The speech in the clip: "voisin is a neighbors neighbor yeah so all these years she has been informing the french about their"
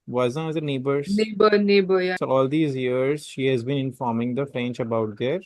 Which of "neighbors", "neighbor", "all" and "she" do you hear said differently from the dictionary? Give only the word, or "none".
neighbors